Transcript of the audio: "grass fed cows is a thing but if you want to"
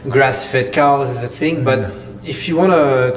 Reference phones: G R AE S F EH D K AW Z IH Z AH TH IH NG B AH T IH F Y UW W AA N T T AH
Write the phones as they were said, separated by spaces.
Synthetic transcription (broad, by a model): G R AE S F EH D K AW IH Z AH TH IH NG B AH T IH F Y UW W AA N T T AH